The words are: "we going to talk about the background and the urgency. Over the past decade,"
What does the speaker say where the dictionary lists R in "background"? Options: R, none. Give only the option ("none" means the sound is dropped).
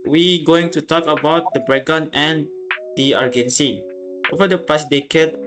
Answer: none